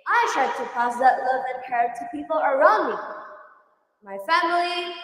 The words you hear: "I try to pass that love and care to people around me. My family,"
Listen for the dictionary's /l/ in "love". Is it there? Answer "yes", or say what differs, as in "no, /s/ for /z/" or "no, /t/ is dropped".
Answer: yes